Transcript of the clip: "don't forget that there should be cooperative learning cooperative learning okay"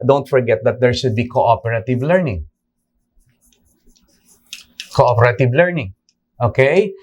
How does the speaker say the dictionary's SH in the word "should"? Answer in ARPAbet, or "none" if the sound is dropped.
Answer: S